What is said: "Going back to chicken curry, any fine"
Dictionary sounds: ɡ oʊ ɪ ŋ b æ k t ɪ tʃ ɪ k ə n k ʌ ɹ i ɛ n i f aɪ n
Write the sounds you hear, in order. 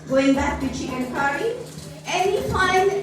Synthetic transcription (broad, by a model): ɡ oʊ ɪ ŋ b æ k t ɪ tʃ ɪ ə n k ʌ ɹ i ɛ n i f aɪ n